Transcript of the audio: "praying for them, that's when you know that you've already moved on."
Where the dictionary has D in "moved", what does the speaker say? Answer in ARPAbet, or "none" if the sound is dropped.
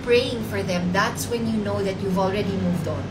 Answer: D